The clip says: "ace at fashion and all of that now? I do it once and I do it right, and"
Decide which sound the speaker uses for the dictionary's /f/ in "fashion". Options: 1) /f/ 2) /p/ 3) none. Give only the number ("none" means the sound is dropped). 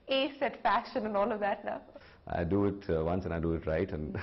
1